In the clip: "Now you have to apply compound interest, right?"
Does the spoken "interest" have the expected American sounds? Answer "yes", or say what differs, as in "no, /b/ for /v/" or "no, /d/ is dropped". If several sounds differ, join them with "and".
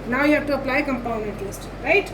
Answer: no, /l/ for /ɹ/